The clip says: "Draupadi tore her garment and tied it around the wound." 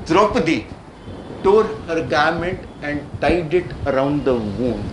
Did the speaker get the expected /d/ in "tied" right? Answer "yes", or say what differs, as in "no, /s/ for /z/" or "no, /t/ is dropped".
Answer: yes